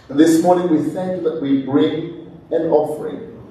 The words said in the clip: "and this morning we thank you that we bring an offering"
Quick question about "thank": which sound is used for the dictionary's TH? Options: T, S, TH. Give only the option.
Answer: S